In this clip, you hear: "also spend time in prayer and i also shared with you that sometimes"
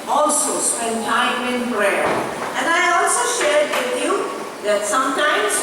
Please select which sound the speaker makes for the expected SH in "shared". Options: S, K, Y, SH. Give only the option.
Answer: SH